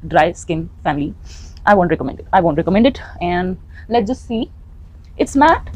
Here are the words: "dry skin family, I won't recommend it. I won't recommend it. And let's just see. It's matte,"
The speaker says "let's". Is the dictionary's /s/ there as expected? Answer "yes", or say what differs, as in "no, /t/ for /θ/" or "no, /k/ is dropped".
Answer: no, /s/ is dropped